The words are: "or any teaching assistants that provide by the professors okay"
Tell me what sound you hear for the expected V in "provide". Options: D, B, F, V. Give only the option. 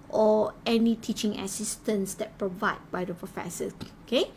V